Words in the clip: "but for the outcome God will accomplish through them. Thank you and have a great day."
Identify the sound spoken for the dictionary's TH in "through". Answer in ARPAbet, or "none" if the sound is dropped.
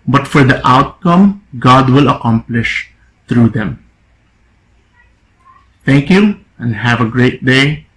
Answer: T